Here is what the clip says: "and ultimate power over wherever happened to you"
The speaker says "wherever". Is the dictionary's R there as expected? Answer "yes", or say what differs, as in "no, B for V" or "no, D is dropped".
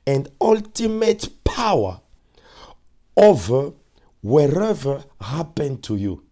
yes